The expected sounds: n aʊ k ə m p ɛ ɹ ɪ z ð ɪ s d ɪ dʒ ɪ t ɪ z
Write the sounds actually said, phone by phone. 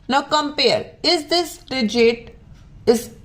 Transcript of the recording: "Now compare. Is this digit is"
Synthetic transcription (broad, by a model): n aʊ k ə m p ɛ ɹ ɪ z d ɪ s d ɪ dʒ ɪ t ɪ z